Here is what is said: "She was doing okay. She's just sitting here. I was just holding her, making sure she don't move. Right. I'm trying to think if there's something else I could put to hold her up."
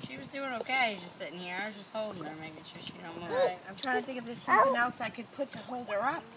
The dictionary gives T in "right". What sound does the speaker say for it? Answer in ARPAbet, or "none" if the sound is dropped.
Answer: none